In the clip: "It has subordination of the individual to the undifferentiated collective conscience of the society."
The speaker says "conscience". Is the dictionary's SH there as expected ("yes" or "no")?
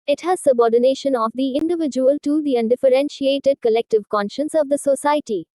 yes